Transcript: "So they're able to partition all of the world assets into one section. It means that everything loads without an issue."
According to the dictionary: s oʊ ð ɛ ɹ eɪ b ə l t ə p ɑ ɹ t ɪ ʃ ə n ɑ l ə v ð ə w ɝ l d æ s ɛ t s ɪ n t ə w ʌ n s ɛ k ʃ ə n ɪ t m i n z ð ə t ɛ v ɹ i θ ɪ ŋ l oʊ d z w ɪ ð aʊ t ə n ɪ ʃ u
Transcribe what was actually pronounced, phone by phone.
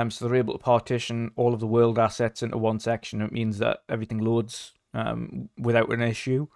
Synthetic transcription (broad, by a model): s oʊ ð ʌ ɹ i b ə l t ə p ɑ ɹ t ɪ ʃ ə n ɑ l ə v ð ə w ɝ l d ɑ s ɛ t s ɪ n t ə w ʌ n s ɛ k ʃ ə n ɪ t m i n z ð ə t ɛ v ɹ i θ ɪ ŋ l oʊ d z w ɪ ð aʊ t ə n ɪ ʃ u